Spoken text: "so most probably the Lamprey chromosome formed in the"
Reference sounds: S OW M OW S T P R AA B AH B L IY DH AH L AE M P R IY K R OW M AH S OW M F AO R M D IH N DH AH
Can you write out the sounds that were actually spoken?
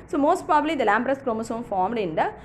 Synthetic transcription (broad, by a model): S OW M OW S T P R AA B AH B L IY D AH L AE M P R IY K R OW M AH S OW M F AO R M D IH N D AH